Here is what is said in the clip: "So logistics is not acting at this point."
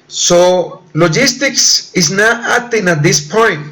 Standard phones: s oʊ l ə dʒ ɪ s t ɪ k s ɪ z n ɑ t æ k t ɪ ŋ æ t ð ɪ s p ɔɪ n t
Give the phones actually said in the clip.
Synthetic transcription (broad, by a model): s oʊ l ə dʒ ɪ s t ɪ k s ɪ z n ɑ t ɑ t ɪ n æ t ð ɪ s p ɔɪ n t